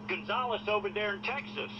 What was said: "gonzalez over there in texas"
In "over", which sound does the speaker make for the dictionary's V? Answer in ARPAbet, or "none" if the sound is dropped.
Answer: P